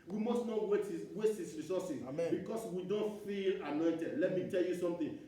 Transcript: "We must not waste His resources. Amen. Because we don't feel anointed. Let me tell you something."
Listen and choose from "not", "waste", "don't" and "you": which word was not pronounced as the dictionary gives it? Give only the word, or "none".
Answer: waste